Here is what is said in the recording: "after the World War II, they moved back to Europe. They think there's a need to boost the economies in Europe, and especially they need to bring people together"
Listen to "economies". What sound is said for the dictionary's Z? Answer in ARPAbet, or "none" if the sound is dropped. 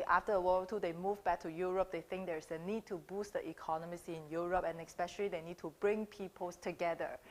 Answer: S